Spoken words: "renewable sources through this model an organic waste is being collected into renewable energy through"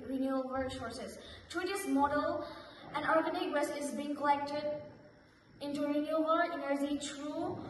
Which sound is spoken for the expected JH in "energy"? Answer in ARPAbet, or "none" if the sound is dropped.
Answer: Z